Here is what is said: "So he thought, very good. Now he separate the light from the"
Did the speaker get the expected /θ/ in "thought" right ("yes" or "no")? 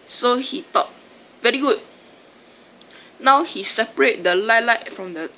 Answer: no